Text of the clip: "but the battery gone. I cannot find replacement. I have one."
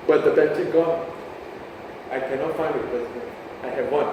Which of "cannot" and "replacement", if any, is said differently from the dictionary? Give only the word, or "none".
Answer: replacement